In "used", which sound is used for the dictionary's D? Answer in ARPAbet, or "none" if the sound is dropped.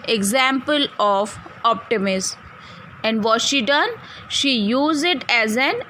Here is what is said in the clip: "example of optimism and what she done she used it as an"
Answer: none